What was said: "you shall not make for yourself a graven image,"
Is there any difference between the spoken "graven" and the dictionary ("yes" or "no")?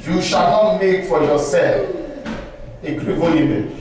yes